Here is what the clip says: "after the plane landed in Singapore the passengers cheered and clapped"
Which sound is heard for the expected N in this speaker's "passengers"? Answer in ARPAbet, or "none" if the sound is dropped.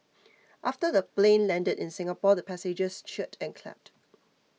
none